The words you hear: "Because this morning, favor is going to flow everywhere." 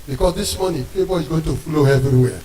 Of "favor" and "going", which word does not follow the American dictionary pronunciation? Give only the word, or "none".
favor